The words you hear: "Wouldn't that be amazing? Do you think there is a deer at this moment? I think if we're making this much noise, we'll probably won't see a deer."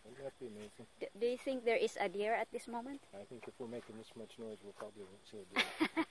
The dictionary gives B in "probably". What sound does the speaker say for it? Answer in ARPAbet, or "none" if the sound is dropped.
B